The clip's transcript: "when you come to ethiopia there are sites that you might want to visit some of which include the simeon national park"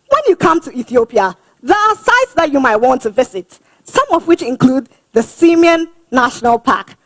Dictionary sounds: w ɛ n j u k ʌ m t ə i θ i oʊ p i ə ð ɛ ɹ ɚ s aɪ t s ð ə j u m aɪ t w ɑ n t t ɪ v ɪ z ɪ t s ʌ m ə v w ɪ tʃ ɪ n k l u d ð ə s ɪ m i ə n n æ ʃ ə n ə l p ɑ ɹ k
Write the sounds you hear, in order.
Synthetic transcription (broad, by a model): w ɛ n j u k ʌ m t ə i θ i oʊ p i ə ð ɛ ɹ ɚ s aɪ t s ð ə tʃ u m aɪ t w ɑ n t t ɪ v ɪ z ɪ t s ʌ m ə v w ɪ tʃ ɪ n k l u d ð ə s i m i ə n n æ ʃ ə n ə l p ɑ k